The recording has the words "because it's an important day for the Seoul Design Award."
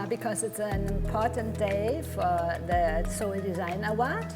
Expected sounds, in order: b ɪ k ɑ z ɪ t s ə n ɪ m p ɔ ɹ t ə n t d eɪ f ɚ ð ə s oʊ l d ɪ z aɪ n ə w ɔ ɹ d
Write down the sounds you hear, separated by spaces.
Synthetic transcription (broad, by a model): b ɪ k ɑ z ɪ t s ə n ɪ m p ɔ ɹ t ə n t d eɪ f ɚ ð ə s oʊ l d ɪ z aɪ n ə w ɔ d